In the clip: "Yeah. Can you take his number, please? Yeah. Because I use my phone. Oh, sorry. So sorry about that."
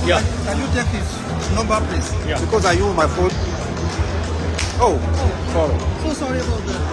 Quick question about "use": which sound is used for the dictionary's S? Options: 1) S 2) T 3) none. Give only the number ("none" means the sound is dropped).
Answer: 3